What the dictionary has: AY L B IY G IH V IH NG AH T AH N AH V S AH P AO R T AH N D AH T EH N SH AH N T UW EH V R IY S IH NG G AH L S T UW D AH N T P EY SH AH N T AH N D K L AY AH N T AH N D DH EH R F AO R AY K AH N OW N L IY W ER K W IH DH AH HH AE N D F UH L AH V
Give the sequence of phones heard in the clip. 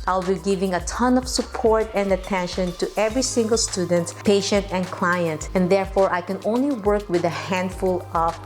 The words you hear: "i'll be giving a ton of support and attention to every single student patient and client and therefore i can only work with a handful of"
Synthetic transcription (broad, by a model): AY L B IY G IH V IH NG AH T AH N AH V S AH P AO R T AH N D AH T EH N SH AH N T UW EH V R IY S IH NG G AH L S T UW D AH N T P EY SH AH N T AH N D K L AY AH N T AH N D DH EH R F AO R AY K AH N OW N L IY W ER K W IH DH AH HH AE N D F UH L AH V